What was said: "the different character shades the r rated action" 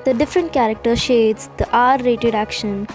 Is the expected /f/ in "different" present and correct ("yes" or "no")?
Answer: yes